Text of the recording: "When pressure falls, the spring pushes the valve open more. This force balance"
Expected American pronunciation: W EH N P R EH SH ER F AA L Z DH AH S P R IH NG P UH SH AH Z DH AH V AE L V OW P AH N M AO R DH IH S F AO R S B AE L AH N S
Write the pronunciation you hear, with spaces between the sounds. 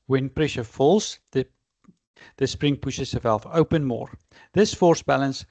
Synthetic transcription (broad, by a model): W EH N P R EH SH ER F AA L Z DH AH S P R IH NG P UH SH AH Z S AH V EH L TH OW P AH N M AO R DH IH S F AO R S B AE L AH N S